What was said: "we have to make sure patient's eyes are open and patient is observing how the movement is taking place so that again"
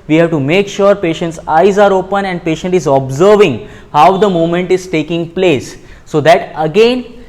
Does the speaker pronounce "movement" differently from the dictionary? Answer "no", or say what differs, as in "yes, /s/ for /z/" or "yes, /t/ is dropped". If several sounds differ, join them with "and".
yes, /v/ is dropped